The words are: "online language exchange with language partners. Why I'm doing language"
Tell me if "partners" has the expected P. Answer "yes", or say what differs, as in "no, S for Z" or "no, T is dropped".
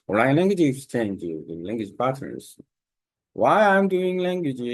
no, B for P